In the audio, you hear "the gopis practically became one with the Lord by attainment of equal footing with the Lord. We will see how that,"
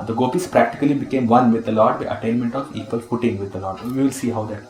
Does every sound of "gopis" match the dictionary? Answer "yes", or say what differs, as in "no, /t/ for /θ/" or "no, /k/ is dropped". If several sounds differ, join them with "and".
yes